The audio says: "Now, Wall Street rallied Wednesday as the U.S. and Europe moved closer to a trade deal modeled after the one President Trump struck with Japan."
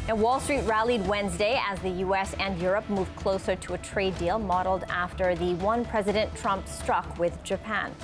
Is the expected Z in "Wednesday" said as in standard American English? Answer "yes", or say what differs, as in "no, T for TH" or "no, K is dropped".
yes